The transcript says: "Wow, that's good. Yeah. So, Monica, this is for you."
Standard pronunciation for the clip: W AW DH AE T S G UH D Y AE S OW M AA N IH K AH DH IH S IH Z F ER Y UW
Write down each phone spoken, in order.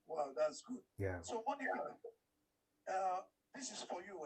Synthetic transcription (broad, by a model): W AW DH AE T S G UH D Y AE S OW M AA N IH AH DH IH S IH Z F ER Y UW